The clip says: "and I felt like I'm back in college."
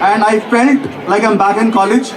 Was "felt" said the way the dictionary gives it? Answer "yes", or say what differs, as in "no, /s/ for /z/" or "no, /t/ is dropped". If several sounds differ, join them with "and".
no, /n/ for /l/